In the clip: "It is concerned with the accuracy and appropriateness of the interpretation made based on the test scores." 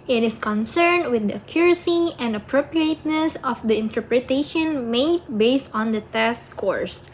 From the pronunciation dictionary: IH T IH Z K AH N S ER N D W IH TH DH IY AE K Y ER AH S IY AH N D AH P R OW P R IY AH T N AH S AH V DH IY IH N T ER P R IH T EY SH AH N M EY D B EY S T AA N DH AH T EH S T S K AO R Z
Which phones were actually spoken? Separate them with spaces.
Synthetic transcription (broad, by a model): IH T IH S K AH N S ER N D W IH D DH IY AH K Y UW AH S IY AH N D AH P R OW P R IY AH T N AH S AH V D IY IH N T ER P R IH T EY SH AH N M EY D B EY S T AA N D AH T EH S S K AO R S